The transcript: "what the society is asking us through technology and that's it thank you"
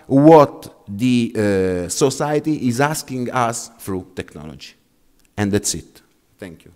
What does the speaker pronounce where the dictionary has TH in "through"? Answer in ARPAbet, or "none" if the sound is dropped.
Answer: F